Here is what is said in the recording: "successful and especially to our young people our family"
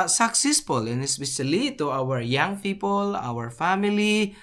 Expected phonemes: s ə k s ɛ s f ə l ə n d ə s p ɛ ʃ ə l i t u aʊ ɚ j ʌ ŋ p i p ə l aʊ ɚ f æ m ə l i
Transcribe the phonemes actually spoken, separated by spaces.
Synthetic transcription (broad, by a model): s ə k s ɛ s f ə l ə n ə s b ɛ s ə l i t u aʊ ɚ j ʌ ŋ p i p ə l aʊ ɚ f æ m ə l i